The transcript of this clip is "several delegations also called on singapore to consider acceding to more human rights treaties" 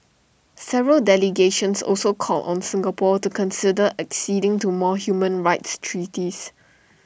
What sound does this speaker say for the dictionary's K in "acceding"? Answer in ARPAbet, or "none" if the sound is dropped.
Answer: K